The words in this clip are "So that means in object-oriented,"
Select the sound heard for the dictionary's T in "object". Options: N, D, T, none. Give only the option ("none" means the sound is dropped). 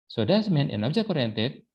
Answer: none